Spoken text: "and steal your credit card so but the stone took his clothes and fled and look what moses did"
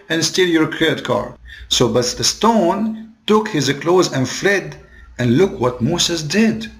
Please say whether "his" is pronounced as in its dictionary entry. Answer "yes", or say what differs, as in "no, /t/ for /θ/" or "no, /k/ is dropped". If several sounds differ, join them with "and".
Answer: yes